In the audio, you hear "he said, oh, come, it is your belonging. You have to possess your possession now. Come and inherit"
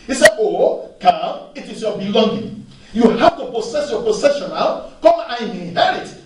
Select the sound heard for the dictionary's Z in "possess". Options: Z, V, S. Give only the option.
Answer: S